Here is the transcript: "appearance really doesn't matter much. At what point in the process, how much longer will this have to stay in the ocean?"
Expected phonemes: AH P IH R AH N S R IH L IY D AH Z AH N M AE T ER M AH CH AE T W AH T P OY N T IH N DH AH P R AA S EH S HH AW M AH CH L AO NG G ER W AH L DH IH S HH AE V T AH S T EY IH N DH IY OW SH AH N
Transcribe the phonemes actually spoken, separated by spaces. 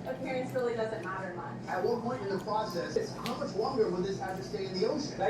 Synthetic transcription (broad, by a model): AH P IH R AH N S R IH L IY D AH Z AH N M AE T ER M AH CH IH T W AH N P OY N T IH N DH AH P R AA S EH S HH AW M AH CH L AO NG G ER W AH N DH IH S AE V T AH S T EY IH N DH IY OW SH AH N